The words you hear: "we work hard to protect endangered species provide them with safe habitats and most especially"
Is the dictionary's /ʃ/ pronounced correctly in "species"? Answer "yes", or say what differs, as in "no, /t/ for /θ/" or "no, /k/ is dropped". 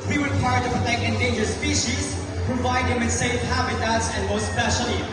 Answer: yes